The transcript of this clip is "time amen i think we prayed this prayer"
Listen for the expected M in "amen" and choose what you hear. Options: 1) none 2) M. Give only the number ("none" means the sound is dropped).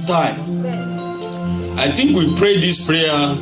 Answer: 1